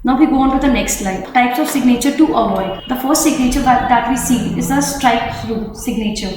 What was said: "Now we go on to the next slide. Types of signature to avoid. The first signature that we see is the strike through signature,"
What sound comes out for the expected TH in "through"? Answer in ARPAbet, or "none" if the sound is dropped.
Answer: S